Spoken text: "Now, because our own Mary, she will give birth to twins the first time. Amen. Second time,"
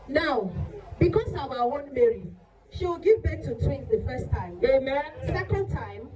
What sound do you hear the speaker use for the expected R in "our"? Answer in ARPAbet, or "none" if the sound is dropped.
W